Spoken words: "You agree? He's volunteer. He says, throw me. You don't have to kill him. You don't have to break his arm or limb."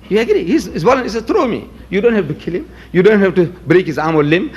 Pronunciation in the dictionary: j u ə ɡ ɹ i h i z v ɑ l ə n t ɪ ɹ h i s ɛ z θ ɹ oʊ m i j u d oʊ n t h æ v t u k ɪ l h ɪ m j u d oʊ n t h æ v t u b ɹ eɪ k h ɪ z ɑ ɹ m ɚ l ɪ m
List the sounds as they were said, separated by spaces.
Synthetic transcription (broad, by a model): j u ə ɡ ɹ i h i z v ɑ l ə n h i s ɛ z t ɹ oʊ m i j u d oʊ n t h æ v t u k ɪ l h ɪ m j u d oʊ n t h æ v t u b ɹ eɪ k h ɪ z ɑ ɹ m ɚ l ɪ m